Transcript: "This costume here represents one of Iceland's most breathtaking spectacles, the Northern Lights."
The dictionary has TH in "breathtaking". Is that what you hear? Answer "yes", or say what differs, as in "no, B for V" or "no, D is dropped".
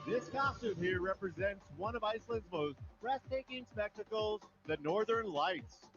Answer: no, S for TH